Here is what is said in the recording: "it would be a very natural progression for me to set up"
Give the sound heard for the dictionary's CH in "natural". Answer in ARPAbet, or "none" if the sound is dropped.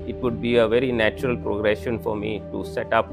CH